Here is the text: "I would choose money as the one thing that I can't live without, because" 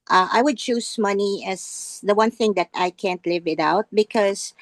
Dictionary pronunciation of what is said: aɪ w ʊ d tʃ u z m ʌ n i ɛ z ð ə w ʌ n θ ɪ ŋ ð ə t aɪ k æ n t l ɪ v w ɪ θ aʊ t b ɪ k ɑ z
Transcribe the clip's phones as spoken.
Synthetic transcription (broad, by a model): aɪ w ʊ d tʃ u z m ʌ n i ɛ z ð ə w ʌ n θ ɪ ŋ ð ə t aɪ k æ n t l ɪ v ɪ t aʊ t b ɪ k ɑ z